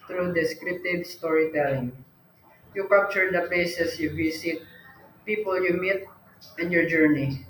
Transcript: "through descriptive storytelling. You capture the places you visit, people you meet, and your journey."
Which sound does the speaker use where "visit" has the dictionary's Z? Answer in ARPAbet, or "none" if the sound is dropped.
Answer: S